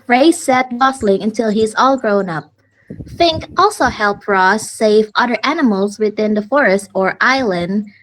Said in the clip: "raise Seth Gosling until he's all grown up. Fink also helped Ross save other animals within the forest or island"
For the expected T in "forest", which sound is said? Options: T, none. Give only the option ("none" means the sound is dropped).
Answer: T